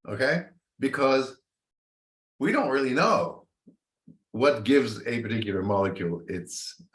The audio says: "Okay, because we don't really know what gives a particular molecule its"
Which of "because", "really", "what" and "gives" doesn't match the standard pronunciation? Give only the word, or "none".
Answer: none